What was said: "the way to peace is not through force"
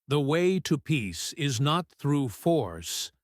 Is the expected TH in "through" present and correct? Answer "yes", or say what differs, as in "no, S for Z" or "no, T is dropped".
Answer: yes